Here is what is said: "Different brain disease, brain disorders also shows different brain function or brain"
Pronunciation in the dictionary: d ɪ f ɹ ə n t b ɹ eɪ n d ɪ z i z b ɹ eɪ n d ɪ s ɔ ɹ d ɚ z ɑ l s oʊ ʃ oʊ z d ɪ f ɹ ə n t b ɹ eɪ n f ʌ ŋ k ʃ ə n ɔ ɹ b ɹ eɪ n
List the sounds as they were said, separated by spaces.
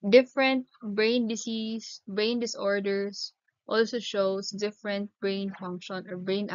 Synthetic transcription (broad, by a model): d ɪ f ɹ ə n t b ɹ eɪ n d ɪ s i s b ɹ eɪ n d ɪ s ɔ ɹ d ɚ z ɑ l s oʊ ʃ oʊ s d ɪ f ɹ ə n t b ɹ eɪ n f ʌ ŋ k ʃ ə n ɔ ɹ b ɹ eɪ n